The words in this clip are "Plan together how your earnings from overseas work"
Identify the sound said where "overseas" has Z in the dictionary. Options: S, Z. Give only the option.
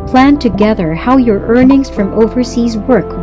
Z